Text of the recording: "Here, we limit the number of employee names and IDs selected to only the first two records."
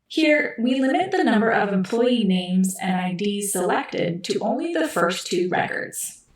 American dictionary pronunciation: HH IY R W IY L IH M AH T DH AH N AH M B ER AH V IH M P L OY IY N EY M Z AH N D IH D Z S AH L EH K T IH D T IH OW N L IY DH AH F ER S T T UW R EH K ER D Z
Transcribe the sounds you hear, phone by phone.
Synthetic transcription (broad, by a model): HH IY R W IY L IH M AH T DH AH N AH M B ER AH V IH M P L OY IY N EY M Z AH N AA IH D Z S AH L EH K T IH D T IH OW N L IY DH AH F ER S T T UW R EH K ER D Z